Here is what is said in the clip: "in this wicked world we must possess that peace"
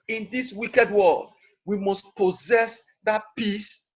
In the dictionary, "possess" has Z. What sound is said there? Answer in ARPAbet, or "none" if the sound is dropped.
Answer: Z